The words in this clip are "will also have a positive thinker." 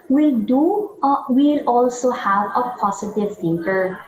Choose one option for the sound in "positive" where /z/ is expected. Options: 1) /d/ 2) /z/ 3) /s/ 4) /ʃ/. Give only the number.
3